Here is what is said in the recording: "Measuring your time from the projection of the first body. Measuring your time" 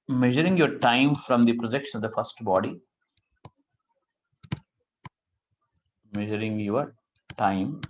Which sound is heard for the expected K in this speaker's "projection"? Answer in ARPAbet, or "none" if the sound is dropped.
K